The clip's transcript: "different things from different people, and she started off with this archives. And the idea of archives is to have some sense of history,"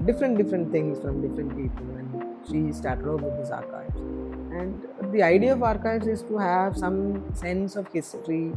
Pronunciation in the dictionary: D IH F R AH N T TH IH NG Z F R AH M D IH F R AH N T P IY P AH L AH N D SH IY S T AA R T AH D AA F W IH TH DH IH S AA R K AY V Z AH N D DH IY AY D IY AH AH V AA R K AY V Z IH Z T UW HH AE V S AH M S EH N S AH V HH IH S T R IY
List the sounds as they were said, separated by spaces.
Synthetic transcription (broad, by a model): D IH F R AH N T T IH NG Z F R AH M D IH F R AH N T P IY P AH L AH N SH IY S T AA R T AH D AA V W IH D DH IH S AA R K AY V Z AH N D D IY AY D IY AH AH V AA R K AY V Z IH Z T UW HH AE V S AH M S EH N S AH V HH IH S T R IY